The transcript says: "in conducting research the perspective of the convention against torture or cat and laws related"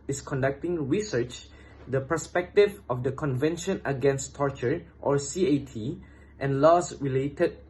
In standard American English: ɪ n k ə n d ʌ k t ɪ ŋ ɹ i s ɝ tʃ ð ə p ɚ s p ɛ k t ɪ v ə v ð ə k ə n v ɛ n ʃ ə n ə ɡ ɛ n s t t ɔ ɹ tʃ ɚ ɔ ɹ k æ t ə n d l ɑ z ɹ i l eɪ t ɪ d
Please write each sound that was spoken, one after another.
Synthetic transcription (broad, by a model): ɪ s k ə n d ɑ k t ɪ ŋ ɹ i s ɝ tʃ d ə p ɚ s p ɛ k t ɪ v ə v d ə k ə n v ɛ n ʃ ə n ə ɡ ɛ n s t t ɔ ɹ tʃ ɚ ɔ ɹ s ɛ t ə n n l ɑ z ɹ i l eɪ t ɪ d